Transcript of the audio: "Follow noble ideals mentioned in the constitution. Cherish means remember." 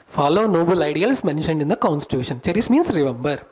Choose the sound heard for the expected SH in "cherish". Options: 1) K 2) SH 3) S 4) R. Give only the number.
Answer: 3